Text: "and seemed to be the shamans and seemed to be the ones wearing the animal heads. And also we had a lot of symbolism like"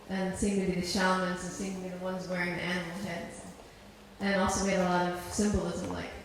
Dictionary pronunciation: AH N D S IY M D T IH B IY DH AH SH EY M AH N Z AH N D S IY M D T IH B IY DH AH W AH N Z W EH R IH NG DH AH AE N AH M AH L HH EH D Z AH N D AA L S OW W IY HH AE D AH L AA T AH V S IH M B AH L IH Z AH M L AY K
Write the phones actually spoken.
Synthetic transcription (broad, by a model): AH N S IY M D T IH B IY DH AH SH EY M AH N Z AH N S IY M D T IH B IY DH AH W AH N Z W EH R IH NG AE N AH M L HH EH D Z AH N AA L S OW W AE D AH L AA T AH V S IH M B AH L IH Z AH M L AY K